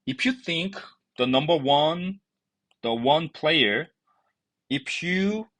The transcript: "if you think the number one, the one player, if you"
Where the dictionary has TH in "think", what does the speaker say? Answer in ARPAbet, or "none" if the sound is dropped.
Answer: TH